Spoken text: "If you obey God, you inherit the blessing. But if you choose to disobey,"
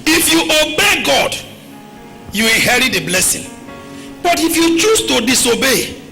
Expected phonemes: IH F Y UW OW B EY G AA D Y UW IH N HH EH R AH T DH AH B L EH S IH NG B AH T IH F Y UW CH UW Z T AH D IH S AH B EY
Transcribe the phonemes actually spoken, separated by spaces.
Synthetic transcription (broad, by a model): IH F Y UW OW B EY G AA D Y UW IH HH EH R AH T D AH B L EH S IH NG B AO T IH F Y UW CH UW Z T AH D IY S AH B EY